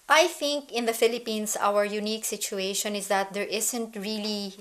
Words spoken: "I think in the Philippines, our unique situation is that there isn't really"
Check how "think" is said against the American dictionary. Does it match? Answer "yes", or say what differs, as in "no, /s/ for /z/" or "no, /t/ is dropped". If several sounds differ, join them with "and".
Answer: yes